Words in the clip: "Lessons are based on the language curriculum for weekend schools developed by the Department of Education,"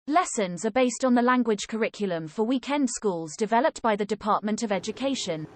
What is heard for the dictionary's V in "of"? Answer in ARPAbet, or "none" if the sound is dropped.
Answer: V